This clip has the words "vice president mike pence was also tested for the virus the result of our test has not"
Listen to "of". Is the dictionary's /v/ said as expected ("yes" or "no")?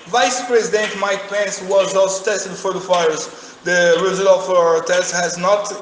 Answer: no